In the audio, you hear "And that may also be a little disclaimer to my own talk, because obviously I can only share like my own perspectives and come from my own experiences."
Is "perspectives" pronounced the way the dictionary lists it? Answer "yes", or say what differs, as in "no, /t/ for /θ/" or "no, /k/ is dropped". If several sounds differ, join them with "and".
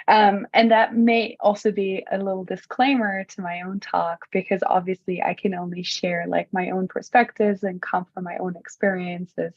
yes